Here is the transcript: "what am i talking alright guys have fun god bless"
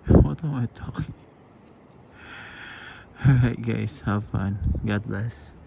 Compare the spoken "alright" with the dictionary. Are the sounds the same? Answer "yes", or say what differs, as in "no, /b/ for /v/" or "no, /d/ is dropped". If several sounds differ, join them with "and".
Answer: no, /l/ is dropped